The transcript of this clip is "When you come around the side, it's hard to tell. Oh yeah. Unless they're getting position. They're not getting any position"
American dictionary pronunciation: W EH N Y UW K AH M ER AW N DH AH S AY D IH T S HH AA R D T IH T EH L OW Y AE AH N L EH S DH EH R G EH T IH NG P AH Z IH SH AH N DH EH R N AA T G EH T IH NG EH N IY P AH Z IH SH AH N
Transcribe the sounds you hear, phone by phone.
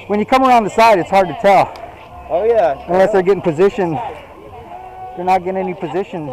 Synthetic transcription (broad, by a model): W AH N Y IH K AH M ER AW N DH AH S AY D IH T S HH AA R D T IH T EH L OW Y AE AH N L EH S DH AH R G EH T IH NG P AH Z IH SH AH N DH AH R N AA T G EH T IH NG EH N IY P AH Z IH SH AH N